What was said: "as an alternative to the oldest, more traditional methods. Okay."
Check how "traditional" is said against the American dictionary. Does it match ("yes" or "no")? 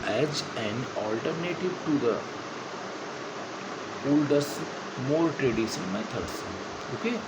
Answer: no